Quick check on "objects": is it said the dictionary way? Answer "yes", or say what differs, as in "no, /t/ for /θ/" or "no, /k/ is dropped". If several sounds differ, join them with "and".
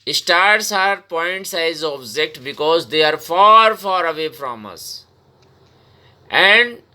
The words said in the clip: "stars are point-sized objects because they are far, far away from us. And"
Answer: no, /s/ is dropped